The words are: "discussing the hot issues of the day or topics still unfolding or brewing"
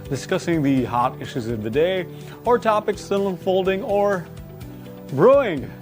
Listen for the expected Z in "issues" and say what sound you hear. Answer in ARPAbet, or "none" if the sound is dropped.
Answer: Z